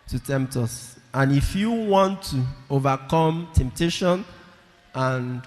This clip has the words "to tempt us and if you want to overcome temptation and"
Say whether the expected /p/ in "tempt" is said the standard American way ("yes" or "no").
yes